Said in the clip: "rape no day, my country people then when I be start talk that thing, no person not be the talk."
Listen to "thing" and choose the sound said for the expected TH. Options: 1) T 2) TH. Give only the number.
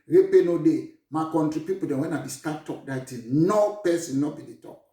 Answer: 1